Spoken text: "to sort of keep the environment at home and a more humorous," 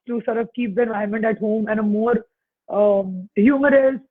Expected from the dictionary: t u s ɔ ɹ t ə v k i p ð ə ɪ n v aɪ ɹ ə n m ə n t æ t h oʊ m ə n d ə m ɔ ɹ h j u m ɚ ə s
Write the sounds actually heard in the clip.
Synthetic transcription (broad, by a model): t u s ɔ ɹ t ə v k i p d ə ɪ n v aɪ ə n m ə n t æ t h oʊ m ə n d ə m ɔ ɹ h j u m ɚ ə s